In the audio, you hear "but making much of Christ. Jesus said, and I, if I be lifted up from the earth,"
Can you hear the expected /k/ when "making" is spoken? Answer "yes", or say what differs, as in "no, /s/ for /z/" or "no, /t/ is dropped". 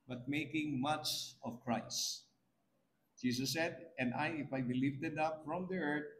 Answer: yes